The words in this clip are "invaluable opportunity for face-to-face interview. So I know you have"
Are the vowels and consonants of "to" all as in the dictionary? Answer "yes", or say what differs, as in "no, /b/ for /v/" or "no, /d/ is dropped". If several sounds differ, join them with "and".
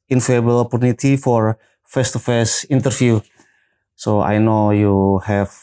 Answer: yes